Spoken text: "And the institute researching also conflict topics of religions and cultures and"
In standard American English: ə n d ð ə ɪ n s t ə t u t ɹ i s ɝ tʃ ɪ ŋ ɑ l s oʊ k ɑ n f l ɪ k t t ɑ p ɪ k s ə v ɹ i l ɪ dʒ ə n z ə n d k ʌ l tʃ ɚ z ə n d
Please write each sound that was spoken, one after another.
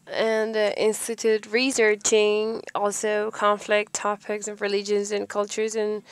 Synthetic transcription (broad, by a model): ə n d ɪ n s t ə t u t ɹ i s ɝ tʃ ɪ ŋ ɑ l s oʊ k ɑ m f l ɪ k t t ɑ p ɪ k s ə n ɹ i l ɪ dʒ ə n z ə n k ʌ l tʃ ɚ z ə n